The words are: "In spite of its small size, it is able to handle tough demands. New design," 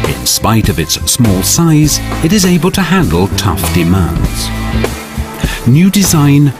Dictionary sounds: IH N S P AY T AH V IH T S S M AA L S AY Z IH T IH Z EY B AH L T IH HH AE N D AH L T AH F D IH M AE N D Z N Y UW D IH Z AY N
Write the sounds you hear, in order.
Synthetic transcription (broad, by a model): IH N S P AY T AH V IH T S S M AA L S AY Z IH T IH Z EY B AH L T IH HH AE N D L T AH F D IH M AE N D Z N Y UW D IH Z AY N